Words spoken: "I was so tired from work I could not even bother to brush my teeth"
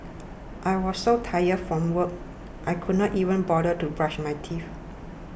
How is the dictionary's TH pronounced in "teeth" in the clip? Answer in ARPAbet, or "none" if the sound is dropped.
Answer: F